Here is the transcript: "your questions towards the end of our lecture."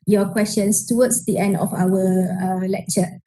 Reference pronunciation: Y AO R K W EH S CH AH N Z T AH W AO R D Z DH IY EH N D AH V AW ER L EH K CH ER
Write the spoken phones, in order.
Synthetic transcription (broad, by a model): Y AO K W EH S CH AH N S T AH W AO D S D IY EH N D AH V AW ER L EH K CH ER